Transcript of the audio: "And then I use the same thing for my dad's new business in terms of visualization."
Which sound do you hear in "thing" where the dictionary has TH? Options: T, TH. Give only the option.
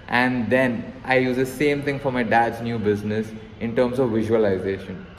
T